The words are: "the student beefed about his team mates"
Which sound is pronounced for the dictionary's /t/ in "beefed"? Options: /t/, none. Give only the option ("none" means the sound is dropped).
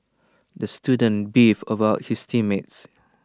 none